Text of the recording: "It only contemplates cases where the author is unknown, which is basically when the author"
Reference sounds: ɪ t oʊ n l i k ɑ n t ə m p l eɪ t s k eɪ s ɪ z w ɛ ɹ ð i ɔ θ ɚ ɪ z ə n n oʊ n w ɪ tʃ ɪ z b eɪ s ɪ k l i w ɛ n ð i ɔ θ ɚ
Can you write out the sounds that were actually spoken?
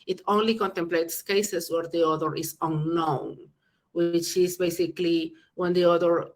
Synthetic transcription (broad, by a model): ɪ t oʊ n l i k ɑ n t ə m p l eɪ t s k eɪ s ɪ s w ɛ ɹ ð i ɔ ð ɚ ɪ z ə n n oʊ n w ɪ tʃ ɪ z b eɪ s ɪ k l i w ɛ n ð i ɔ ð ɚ